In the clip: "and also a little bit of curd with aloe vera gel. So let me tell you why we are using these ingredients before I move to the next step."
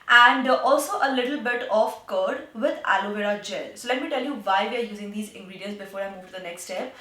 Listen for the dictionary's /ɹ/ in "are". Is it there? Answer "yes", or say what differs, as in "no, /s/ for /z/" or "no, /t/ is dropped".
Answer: yes